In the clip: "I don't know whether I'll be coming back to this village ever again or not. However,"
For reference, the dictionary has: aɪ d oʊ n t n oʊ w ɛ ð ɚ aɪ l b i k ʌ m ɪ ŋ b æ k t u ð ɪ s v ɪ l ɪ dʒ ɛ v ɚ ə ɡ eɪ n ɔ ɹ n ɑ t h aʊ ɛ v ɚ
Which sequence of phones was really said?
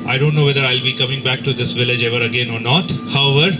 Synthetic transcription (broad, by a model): aɪ d oʊ n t n oʊ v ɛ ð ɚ aɪ l b i k ʌ m ɪ ŋ b æ k t u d ɪ s v ɪ l ɪ dʒ ɛ v ɚ ə ɡ eɪ n ɔ ɹ n ɑ t h aʊ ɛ v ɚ